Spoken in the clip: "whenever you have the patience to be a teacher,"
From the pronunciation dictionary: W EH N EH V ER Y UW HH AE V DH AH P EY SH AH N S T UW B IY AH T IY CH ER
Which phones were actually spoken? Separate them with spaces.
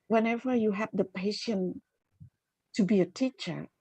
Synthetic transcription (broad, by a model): W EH N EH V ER Y UW HH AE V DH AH P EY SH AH N T UW B IY AH T IY CH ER